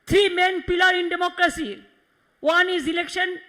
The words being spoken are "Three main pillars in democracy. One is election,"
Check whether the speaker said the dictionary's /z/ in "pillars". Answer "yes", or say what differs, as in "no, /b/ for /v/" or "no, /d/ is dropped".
no, /z/ is dropped